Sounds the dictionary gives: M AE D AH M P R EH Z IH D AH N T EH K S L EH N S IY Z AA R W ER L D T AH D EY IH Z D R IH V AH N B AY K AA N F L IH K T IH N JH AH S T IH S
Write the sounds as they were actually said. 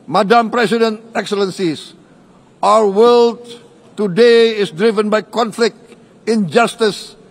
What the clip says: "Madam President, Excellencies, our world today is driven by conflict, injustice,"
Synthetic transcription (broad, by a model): M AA D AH M P R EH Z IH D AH N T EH K S L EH N S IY S AA W W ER L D T AH D EY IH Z D R IH V AH N B AY K AA N F L IH K T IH N JH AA S T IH S